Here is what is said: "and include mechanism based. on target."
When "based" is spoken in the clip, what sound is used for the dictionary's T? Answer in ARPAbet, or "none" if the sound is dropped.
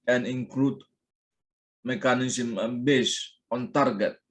none